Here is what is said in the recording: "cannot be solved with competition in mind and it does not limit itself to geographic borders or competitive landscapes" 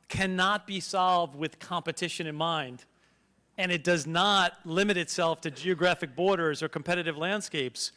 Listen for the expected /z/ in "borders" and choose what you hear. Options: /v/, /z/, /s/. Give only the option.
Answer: /z/